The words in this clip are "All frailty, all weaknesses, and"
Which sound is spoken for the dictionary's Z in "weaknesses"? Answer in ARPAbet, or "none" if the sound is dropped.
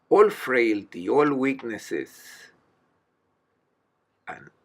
S